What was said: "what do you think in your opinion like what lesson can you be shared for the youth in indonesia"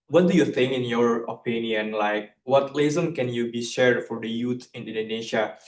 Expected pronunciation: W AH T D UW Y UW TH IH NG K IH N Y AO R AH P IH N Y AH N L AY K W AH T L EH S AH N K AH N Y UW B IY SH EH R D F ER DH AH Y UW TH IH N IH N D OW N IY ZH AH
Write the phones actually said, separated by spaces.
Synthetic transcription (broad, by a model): W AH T D UW Y UW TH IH NG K IH N Y AO R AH P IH N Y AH N L AY K W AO T L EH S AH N K AH N Y UW B IY SH EH R D F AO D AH Y UW T IH N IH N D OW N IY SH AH